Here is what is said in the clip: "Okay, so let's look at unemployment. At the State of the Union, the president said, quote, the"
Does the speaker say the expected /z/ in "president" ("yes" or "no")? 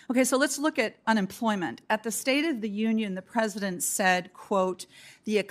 yes